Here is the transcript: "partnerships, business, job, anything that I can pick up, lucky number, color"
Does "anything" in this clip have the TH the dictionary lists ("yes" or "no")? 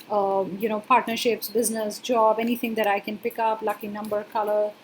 no